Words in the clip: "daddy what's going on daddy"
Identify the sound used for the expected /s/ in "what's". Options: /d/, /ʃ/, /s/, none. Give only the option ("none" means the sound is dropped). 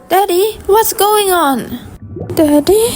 /s/